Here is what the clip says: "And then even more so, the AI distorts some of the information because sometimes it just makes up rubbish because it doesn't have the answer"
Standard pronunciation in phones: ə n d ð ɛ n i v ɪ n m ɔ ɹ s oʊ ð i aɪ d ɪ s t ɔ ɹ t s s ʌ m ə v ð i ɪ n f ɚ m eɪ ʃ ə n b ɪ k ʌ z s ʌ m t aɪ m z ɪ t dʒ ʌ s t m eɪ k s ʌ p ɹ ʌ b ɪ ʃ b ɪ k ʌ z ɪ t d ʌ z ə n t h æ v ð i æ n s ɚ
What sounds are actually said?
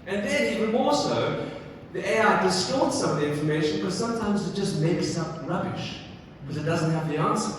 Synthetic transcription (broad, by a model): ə n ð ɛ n i v ɪ n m ɔ l s oʊ ð i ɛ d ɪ s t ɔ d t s s ʌ m ə v ð i ɪ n f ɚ m eɪ ʃ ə n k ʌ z s ʌ m t aɪ m z ɪ t dʒ ʌ s t m eɪ k s ʌ p ɹ ʌ b ɪ ʃ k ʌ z ɪ t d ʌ z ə n t h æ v ð i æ n s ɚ